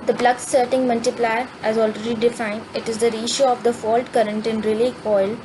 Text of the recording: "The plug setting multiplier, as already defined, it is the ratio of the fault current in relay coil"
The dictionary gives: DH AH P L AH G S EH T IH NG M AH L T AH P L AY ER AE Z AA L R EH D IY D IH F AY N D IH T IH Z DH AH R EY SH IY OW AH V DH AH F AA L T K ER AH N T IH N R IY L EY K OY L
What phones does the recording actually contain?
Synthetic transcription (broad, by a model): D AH B L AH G S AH T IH NG M AH L T AH P L AY ER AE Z AA L R EH D IY D IH F AY N D IH T IH Z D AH R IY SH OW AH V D AH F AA L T K ER AH N T IH N R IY L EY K OY L